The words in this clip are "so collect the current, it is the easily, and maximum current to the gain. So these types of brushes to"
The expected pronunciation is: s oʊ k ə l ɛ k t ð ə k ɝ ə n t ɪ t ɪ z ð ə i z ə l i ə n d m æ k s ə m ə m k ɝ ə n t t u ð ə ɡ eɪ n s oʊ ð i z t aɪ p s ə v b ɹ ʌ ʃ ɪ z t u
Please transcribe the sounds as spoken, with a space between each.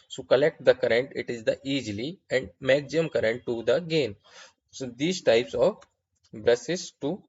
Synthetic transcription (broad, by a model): s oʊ k ə l ɛ k t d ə k ɝ ə n t ɪ t ɪ z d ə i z l i ə n d m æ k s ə ə m k ɝ ə n t t u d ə ɡ eɪ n s oʊ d i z t aɪ p s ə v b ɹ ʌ s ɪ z t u